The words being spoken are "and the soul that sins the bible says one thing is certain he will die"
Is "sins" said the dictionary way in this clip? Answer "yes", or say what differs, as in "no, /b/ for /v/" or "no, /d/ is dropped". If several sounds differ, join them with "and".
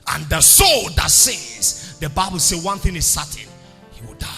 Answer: no, /n/ is dropped